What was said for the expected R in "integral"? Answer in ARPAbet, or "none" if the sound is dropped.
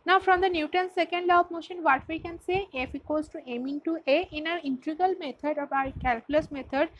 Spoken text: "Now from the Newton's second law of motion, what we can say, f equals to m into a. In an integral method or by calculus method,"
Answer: none